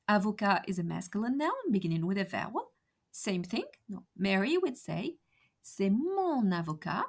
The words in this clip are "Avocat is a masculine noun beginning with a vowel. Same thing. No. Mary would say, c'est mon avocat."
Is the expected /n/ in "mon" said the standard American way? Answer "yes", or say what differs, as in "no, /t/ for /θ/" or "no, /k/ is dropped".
yes